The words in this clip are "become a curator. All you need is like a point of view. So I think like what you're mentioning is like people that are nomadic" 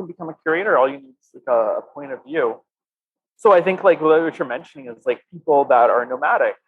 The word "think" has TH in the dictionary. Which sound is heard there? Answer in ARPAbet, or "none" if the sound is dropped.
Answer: TH